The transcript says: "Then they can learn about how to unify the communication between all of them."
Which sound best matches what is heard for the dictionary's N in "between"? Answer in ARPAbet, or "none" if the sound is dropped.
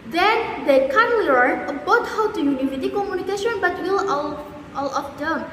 L